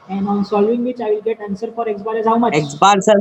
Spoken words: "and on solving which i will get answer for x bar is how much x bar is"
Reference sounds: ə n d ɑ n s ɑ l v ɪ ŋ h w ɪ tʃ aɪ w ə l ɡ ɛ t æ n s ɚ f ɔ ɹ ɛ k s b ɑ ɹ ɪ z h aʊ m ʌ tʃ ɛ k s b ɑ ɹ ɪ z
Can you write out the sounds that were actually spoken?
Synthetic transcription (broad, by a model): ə n d ɑ n s ɑ l v ɪ ŋ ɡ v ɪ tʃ aɪ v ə l ɡ ɛ t æ n s ɚ f ɔ ɹ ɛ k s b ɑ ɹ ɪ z h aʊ m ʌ ɛ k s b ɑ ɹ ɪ